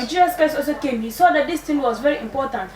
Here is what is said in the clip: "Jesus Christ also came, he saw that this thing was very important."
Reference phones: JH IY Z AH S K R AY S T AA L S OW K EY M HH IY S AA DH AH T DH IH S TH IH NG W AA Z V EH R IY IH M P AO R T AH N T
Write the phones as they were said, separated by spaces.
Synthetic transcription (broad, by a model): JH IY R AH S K AY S AA L S OW K EY M HH IY S AA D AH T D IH S T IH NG W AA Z V EH R IY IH M P AO T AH N T